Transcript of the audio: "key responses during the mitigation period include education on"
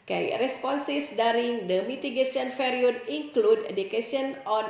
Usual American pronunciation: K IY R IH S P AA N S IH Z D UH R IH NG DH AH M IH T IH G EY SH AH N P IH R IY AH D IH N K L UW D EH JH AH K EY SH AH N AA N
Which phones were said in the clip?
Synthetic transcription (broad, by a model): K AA R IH S P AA N S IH S D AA R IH NG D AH M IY T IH G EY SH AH N F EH R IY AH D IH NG K L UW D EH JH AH K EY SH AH N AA N